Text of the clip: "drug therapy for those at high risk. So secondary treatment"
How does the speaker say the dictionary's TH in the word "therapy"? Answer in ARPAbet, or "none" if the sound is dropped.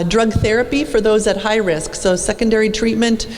TH